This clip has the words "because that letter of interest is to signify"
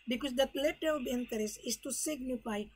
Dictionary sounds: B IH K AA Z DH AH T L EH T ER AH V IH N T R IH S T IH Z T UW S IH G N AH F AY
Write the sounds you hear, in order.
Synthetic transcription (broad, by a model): B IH K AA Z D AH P L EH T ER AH B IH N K R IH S IH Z T UW S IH G N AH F AY